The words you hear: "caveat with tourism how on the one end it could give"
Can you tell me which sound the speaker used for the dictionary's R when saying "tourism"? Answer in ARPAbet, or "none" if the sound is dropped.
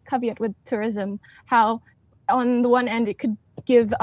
R